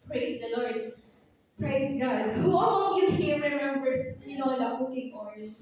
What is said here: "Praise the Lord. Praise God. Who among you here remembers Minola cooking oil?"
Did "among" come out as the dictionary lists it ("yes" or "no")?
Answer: no